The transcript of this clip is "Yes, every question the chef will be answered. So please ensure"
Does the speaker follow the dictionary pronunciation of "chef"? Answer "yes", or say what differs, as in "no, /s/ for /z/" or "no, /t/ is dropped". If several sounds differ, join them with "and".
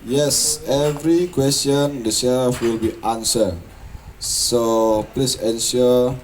no, /s/ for /ʃ/